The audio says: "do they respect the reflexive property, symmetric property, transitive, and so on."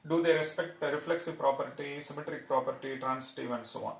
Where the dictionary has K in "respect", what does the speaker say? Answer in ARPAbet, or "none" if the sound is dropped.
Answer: K